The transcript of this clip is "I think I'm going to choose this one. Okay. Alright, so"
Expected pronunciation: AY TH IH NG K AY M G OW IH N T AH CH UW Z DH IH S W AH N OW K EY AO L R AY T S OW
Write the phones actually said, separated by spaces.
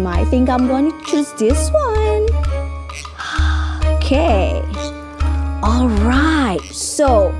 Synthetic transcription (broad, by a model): AY TH IH NG K AY M G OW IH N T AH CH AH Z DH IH S W AH N OW K EY AO L R AY T S OW